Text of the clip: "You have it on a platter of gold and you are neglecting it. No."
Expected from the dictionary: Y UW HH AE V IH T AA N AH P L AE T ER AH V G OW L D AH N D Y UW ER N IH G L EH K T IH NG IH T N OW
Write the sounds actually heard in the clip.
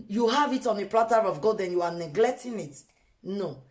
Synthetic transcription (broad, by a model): Y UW HH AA V IH T AA N AH P L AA T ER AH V G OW D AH N Y UW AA N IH G L EH K T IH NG IH T N OW